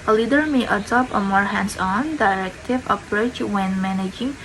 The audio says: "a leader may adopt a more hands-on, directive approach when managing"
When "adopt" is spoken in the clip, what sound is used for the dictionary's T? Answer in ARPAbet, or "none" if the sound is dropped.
none